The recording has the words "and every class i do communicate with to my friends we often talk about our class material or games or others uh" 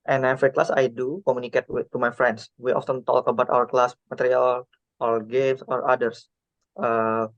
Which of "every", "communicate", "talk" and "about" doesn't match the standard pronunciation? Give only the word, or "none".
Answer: every